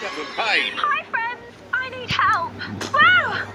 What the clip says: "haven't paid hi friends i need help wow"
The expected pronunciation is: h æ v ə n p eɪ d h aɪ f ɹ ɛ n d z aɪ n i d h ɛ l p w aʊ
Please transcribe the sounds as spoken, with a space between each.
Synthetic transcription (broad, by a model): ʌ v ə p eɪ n h aɪ f ɹ ɛ n d z aɪ n i d h ɛ l p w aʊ